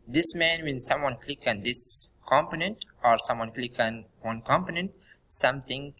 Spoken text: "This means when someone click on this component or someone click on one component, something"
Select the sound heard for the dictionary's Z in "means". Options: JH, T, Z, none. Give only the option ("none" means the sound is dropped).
none